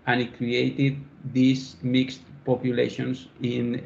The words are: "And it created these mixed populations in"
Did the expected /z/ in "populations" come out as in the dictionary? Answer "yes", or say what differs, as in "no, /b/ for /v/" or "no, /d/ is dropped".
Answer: no, /s/ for /z/